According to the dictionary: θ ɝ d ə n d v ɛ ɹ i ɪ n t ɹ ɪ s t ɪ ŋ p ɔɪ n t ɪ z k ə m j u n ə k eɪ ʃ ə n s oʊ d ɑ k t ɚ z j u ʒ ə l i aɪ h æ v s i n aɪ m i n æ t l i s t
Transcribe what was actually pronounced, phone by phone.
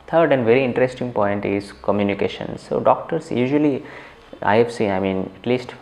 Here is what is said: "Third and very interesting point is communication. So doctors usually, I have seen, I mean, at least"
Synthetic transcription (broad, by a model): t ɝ d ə n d v ɛ ɹ i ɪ n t ɹ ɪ s t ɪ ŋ p ɔɪ n t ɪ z k ə m j u n ə k eɪ ʃ ə n s oʊ d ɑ k t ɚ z j u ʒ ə l i aɪ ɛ f s i aɪ m i n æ t l i s t